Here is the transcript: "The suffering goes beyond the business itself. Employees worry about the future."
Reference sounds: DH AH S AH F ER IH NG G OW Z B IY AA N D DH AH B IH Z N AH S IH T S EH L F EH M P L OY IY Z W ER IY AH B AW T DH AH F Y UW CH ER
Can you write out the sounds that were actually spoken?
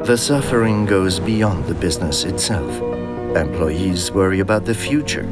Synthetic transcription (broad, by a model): DH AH S AH F ER IH NG G OW Z B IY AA N DH AH B IH Z N AH S IH T S EH L F EH M P L OY IY Z W ER IY AH B AW T DH AH F Y UW CH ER